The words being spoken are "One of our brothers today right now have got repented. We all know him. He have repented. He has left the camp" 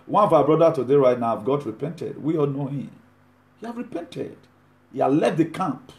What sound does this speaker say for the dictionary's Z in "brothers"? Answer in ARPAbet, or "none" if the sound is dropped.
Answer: none